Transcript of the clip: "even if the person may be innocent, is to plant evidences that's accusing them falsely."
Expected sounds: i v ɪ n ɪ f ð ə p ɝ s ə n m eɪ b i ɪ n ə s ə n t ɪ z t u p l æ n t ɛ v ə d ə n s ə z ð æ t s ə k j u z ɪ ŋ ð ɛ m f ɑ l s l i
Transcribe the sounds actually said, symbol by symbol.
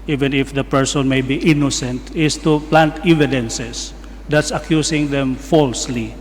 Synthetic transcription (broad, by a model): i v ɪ n ɪ f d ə p ɝ s ə n m eɪ b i ɪ n ə s ə n t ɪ s t u p l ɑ n t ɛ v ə d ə n s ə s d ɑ t s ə k j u s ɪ ŋ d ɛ m f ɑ l s l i